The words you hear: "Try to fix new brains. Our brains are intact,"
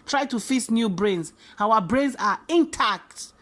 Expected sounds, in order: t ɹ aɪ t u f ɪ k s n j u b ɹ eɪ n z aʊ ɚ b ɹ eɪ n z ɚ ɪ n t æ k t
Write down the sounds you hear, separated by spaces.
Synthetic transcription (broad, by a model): t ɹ aɪ t u f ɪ s n j u b ɹ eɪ n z aʊ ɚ b ɹ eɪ n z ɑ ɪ n t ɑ k t